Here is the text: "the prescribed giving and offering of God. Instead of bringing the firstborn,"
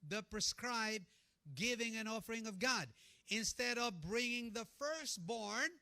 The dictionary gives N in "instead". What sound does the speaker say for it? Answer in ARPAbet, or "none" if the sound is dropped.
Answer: N